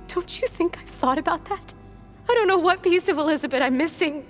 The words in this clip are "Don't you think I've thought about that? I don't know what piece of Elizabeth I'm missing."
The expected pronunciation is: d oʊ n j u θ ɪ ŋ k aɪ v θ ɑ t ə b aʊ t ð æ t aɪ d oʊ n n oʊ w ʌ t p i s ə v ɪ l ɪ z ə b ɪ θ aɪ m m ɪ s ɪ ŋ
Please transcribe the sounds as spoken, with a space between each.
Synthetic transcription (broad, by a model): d oʊ n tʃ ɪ θ ɪ ŋ k aɪ θ ɑ t ə b aʊ t ð æ t aɪ d oʊ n n oʊ w ʌ t p i s ə v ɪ l ɪ z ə b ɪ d aɪ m m ɪ s ɪ ŋ